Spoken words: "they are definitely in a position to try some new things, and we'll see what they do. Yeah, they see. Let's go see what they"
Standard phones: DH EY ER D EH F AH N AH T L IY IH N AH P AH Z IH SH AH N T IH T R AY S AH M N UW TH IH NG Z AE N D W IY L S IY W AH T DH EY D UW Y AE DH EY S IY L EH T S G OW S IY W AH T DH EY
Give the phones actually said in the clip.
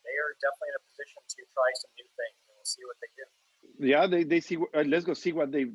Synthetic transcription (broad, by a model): DH EY ER D EH F AH N AH T L IY IH N AH P AH Z IH SH AH N T IH T R AY S AH M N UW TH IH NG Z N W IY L S IY W AH T DH EY D UW Y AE DH EY S IY W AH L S G OW S IY W AH T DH EY